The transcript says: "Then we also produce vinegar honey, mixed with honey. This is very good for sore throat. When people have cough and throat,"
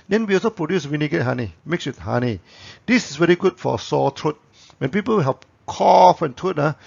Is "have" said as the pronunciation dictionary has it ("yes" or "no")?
no